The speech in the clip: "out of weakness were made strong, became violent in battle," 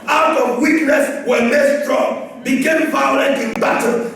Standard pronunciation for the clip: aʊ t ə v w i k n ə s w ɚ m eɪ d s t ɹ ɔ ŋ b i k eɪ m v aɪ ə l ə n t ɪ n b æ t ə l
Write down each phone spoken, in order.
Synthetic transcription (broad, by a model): aʊ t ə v w i k n ə s w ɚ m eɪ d s t ɹ ɔ ŋ b i k eɪ m f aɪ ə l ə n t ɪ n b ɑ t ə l